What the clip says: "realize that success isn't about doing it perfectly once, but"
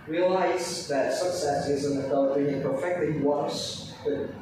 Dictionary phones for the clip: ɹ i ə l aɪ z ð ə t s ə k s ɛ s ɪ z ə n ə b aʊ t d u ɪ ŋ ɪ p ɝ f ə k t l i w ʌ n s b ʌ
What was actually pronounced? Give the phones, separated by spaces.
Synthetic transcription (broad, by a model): ɹ i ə l aɪ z ð ə t s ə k s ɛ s ɪ z ə n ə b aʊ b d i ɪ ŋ p ɝ f ə k t l i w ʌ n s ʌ